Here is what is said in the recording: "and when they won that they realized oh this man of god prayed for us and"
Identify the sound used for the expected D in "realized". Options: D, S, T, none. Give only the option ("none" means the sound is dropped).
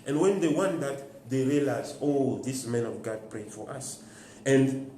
none